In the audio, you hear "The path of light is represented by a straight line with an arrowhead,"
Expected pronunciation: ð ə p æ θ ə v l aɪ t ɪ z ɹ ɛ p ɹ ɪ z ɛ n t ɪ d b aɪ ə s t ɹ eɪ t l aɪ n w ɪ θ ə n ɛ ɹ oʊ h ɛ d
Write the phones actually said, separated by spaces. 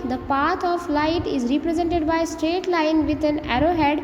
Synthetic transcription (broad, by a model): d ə p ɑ t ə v l aɪ t ɪ z ɹ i p ɹ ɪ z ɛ n t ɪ d b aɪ ə s t ɹ eɪ t l aɪ n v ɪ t ə n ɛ ɹ oʊ h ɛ d